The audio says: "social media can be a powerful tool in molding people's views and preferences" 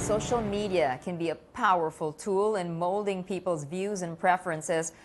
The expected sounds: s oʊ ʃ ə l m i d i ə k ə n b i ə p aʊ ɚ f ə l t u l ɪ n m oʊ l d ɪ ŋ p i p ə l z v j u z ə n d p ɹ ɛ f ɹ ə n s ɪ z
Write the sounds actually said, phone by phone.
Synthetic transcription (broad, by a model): s oʊ ʃ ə l m i d i ə k ə n b i ə p aʊ ɚ f ə l t u l ɪ n m oʊ l d ɪ ŋ p i p l z v j u z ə n p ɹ ɛ f ɹ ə n s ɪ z